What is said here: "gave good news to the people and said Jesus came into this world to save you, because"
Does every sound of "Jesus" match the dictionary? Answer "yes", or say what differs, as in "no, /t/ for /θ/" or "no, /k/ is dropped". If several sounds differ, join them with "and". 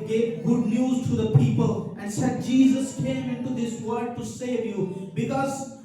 yes